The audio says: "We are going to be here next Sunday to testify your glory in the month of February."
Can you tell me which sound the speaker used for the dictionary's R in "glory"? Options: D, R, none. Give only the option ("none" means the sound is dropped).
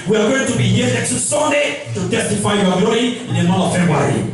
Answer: none